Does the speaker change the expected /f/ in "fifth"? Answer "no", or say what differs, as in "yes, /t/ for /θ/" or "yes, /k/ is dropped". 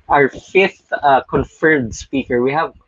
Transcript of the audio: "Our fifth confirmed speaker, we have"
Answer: no